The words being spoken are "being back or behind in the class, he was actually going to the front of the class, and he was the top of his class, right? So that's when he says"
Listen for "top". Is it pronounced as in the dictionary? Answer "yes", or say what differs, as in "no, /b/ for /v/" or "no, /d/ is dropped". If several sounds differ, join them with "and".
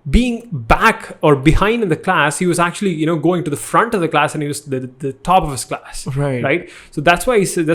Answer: yes